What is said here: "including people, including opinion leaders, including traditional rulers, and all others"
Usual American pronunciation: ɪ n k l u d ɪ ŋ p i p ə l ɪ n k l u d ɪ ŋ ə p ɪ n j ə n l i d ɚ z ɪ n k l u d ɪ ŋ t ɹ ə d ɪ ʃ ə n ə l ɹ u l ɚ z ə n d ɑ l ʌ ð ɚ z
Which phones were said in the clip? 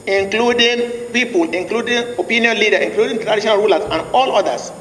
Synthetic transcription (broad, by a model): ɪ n k l u d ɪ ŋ p i p ə l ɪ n k l u d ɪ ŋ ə p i n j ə n l i d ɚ ɪ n k l u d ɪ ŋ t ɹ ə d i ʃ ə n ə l ɹ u l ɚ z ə n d ɑ l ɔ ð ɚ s